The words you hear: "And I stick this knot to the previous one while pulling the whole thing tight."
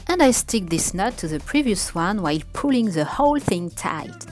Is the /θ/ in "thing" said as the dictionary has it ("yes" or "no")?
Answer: yes